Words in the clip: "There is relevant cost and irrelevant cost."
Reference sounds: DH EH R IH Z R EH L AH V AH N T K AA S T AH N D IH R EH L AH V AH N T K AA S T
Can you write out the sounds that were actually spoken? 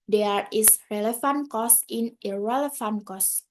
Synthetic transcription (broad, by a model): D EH R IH S R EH L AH F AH N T K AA S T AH N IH R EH L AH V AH N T K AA S